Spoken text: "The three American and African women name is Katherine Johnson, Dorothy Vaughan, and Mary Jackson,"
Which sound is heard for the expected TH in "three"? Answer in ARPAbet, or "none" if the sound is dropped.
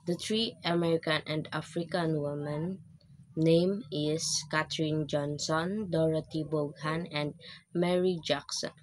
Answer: T